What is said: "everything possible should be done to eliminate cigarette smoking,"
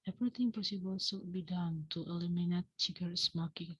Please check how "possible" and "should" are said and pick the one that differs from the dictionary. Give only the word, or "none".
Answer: should